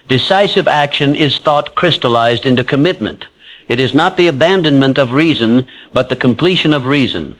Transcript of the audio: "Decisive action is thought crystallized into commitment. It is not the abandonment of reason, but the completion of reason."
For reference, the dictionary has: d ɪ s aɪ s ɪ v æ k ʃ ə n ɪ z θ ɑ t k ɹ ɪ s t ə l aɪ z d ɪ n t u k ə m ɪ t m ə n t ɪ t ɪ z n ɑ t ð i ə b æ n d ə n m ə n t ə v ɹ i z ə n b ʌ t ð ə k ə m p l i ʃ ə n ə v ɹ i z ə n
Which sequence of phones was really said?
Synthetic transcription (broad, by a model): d ɪ s aɪ s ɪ v æ k ʃ ə n ɪ z θ ɑ t k ɹ ɪ s t ə l aɪ z d ɪ n t u k ə m ɪ t m ə n t ɪ t ɪ z n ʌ t ð i ə b æ n d ə n m ə n t ə v ɹ i z ə n b ʌ t ð ə k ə m p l i ʃ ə n ə v ɹ i z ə n